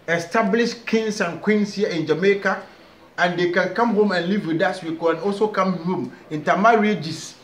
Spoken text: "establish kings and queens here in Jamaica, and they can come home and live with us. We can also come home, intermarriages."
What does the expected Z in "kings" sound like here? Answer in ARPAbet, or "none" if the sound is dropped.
S